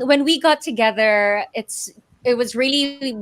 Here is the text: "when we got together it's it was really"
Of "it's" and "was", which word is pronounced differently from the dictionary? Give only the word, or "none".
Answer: none